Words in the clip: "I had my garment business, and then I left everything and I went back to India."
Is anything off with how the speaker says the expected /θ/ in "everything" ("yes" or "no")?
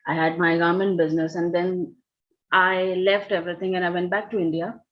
yes